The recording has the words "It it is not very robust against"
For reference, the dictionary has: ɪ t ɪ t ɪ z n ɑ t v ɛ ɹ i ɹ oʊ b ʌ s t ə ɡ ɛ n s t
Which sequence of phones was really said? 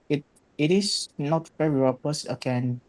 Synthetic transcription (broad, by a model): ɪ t ɪ t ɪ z n ɑ t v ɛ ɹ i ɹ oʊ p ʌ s ə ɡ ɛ n